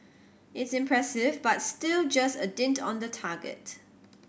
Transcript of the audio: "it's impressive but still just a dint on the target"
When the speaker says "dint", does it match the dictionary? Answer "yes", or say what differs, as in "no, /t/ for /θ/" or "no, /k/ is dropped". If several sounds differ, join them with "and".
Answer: yes